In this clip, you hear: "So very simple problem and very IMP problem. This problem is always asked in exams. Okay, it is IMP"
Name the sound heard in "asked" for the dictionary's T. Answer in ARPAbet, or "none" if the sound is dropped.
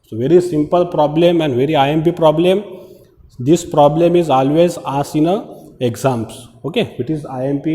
none